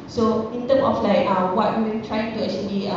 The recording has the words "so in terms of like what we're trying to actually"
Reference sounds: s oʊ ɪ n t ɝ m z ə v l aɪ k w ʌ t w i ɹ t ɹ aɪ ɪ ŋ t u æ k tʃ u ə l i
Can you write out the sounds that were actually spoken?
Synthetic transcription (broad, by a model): s oʊ ɪ n t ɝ m ə f l aɪ k w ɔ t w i w t ɹ aɪ ɪ ŋ t u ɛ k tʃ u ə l i